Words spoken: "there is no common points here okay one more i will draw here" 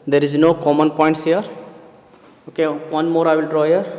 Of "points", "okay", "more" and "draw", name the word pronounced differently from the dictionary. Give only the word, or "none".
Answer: none